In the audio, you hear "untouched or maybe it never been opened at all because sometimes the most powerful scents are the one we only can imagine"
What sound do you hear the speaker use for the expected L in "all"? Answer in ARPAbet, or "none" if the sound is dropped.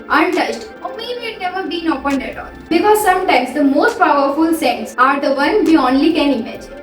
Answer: N